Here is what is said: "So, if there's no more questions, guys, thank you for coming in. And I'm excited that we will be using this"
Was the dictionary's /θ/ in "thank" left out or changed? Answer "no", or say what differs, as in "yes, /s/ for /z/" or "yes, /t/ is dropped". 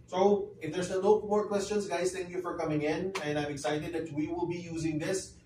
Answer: yes, /t/ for /θ/